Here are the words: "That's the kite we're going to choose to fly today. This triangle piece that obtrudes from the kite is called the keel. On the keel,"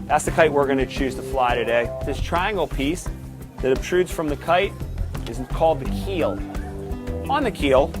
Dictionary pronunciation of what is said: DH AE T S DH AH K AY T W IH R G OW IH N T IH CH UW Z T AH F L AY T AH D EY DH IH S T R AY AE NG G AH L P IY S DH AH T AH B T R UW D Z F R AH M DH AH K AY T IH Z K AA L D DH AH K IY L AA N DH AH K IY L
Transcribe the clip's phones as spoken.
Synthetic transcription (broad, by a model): DH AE T S DH AH K AY T W IH R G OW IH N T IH CH UW Z T AH F L AY T AH D EY DH IH S T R AY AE NG G L P IY S DH AH T AH B T R UW D Z F R AH M DH AH K AY T IH Z K AA L D DH AH K IY L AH N DH AH K IY L